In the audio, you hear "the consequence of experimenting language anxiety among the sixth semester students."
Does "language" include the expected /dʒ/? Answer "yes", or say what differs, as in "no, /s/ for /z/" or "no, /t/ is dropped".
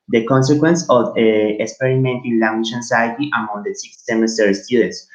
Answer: no, /ʃ/ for /dʒ/